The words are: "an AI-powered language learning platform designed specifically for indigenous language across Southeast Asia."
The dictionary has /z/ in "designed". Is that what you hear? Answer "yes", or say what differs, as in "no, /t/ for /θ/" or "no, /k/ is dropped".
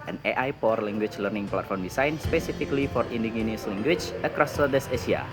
no, /s/ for /z/